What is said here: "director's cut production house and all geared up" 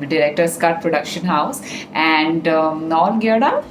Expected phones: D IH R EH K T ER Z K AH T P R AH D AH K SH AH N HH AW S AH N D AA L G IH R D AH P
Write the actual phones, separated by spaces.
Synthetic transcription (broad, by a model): D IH R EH K T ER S K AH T P R AH D AH K SH AH N HH AW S AH N D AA N G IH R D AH